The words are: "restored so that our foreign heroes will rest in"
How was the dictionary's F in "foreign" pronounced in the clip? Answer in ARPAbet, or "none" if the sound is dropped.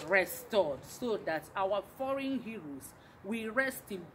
F